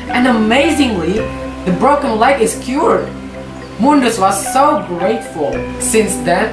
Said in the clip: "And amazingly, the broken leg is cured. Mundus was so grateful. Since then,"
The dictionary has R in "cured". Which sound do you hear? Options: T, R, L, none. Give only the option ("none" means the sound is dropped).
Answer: R